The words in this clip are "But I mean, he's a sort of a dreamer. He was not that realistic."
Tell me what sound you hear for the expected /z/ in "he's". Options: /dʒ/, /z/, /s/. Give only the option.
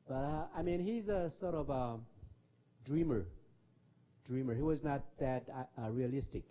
/z/